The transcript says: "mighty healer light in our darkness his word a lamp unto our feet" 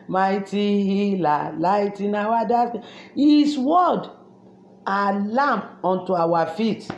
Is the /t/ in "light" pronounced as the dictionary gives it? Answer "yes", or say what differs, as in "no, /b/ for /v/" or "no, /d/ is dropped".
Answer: yes